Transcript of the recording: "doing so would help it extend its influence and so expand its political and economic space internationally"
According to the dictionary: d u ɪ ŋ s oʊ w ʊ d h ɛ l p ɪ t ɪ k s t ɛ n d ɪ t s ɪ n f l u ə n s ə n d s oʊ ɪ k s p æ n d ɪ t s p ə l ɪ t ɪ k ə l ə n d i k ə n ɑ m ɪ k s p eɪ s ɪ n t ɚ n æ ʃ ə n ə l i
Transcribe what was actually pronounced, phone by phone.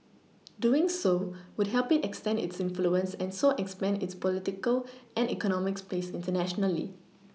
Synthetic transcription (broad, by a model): d u ɪ ŋ s oʊ w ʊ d h ɛ l p ɪ t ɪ k s t ɛ n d ɪ t s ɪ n f l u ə n s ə n s oʊ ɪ k s p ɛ n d ɪ t s p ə l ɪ t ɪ k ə l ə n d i k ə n ɑ m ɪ k s p eɪ s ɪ n t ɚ n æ ʃ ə n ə l i